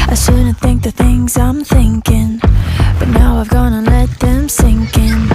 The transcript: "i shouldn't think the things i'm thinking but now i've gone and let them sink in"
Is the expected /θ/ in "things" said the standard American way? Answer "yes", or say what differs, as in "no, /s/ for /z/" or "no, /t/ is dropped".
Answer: yes